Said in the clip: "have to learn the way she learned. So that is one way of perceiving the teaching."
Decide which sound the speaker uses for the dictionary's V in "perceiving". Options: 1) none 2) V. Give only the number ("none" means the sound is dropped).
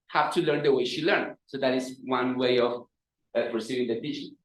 1